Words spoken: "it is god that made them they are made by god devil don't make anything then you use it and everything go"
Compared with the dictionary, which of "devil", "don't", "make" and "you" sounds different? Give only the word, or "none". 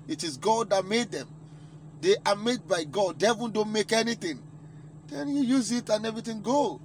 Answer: devil